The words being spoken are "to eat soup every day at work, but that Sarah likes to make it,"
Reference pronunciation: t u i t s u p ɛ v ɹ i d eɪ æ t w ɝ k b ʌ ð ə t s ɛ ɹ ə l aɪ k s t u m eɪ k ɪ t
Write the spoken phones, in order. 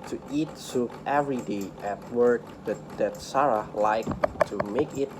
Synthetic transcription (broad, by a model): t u i t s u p ɛ v ɹ i d eɪ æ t w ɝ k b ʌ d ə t s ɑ ɹ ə l aɪ k t u m eɪ k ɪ t